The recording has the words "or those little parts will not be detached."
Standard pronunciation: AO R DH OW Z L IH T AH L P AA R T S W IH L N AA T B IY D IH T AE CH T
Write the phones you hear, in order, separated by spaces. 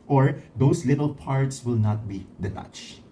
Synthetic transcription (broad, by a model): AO R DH OW S L IH T AH L P AA R T S W IH L N AA T B IY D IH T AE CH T